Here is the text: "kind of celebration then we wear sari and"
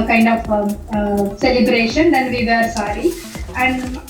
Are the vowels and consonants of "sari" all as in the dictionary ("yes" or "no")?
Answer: yes